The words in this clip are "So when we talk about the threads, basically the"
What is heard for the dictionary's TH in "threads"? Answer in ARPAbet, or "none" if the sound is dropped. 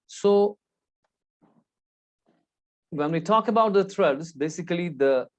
T